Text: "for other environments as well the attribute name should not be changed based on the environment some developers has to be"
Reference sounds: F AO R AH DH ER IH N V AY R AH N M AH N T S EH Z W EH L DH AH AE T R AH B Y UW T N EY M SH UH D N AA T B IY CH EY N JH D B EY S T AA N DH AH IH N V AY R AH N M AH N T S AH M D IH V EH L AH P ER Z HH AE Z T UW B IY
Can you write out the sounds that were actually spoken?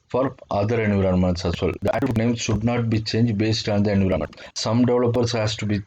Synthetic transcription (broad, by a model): F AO R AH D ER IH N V R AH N M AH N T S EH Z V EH L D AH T AH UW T N EY M SH UH D N AA T B IY CH EY N JH D B EY S T AA N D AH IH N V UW R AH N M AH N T S AH M D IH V L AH P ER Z HH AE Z T UW B IY